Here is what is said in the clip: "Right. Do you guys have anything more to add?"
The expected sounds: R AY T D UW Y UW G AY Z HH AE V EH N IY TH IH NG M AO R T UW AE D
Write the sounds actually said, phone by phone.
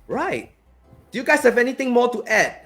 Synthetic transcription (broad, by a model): R AY T D UW Y UW G AY S HH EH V EH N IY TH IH NG M AO T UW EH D